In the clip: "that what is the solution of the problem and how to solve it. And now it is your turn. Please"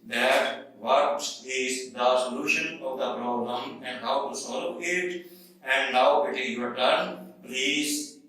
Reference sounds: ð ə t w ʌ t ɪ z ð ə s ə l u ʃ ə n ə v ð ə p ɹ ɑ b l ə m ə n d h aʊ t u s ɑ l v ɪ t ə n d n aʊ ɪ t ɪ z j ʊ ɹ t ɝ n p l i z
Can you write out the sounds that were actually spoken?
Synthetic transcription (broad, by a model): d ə t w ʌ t ɪ z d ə s ə l u ʃ ə n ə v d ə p ɹ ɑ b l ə m ə n d h aʊ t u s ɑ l p ɪ t ə n d n aʊ ɪ t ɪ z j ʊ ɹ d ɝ n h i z